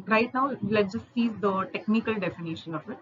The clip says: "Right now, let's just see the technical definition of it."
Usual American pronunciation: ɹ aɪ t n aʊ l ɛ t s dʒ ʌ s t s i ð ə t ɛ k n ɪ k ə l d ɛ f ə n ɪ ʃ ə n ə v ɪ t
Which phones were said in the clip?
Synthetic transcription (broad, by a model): ɹ aɪ t n aʊ l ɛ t dʒ ʌ s t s i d ə t ɛ k n ɪ k ə l d ɛ f ə n ɪ ʃ ə n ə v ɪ t